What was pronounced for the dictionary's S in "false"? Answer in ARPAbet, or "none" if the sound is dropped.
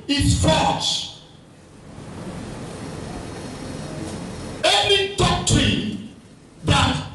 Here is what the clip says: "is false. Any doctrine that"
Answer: SH